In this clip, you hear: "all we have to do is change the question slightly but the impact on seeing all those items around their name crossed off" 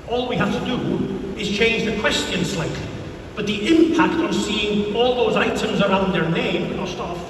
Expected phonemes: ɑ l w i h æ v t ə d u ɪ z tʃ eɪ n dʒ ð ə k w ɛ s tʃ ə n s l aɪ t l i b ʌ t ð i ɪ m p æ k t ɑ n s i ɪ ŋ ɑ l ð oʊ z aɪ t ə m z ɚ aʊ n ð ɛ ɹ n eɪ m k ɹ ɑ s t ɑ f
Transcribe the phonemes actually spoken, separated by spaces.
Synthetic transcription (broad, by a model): ɑ l w i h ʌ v t ə d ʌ ɪ z tʃ eɪ n dʒ ð ə k w ɛ s tʃ ə n s l aɪ t l i b ʌ t ð i ɪ m p æ k t n s i ɪ ŋ ɑ l ð oʊ z aɪ t ə m z ɚ aʊ n ð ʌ ɹ n eɪ m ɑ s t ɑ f